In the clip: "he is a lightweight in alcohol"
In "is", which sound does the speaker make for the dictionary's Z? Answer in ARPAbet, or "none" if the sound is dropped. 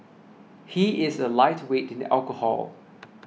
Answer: Z